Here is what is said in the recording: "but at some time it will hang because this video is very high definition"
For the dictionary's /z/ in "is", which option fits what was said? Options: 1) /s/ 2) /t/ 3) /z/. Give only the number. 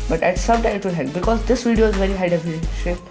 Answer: 3